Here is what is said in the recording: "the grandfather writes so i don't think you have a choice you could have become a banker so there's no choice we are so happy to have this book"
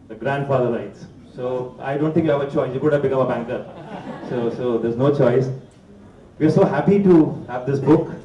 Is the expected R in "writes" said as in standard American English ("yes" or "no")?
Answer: no